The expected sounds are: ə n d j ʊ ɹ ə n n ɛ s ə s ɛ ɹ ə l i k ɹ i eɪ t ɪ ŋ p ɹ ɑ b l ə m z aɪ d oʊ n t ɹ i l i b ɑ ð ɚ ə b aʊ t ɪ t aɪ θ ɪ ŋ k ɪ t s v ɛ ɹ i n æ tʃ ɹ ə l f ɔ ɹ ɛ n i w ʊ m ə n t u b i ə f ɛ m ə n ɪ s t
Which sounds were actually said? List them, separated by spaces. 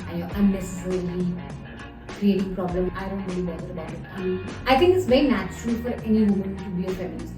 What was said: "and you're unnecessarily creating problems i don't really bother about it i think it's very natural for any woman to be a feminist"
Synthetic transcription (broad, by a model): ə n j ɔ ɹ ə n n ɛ s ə s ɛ ɹ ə l i k ɹ i eɪ t ɪ ŋ p ɹ ɑ b l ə m aɪ d oʊ n t ɹ i l i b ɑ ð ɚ ə b aʊ t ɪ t aɪ t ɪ ŋ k ɪ t s v ɛ ɹ i n æ tʃ ɹ ə l f ɔ ɹ ɛ n i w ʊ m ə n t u b i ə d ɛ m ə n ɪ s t